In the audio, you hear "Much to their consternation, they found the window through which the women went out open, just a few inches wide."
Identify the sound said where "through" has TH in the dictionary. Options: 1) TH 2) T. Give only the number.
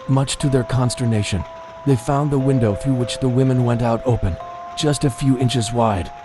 1